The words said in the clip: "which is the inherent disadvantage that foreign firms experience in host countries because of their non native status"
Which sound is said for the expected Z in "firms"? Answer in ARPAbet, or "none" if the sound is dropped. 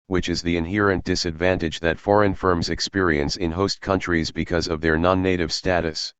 Z